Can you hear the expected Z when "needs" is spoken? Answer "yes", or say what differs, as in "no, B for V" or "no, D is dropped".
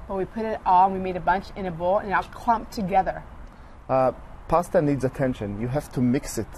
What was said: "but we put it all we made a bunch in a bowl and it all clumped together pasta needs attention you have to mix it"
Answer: yes